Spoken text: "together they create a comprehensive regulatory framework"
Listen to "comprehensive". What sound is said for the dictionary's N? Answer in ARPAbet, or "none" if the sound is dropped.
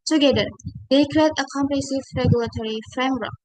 none